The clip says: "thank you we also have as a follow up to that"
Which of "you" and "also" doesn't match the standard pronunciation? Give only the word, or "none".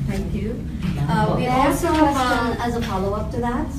also